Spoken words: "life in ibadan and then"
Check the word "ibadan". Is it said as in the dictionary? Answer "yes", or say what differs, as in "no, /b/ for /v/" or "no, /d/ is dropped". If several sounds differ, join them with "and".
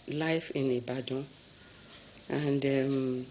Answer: no, /n/ is dropped